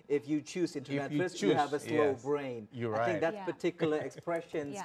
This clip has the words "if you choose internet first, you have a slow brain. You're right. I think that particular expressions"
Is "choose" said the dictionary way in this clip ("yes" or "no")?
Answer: yes